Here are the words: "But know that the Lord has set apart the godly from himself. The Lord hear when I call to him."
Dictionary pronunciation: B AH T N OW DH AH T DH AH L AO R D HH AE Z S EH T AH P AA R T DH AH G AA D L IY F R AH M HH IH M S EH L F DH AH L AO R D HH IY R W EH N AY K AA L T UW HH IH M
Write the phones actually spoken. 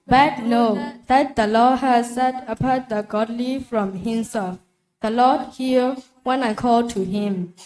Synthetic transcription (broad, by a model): B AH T N OW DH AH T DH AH L AO HH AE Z S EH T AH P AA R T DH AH G AA D L IY F R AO M HH IH M S EH L F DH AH L AO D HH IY L W EH N AY K AA L T UW HH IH M